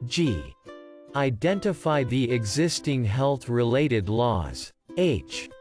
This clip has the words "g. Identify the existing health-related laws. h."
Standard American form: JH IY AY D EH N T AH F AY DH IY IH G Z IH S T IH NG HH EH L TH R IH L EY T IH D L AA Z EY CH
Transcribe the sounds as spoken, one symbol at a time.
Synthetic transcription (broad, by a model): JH IY AY D EH N T AH F AY DH IY IH G Z IH S T IH NG HH EH L TH R IH L EY T IH D L AA Z EY CH